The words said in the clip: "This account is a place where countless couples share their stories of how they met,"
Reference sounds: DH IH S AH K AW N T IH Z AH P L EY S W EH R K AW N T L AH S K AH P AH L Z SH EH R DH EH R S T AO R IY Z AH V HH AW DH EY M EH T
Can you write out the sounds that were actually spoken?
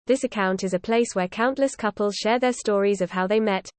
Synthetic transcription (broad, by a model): DH IH S AH K AW N T IH Z AH P L EY S W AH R K AW N T L AH S K AH P AH L Z SH EH DH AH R S T AO R IY Z AH V HH AW DH EY M EH T